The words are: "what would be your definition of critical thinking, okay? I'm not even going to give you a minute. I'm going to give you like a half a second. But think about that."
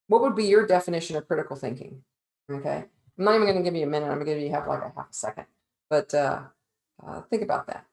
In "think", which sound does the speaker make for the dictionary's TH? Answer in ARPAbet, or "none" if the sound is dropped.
TH